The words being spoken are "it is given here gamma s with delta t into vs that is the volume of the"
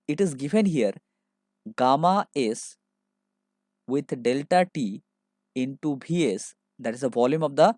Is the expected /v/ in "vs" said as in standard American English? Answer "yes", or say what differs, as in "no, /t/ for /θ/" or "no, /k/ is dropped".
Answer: no, /b/ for /v/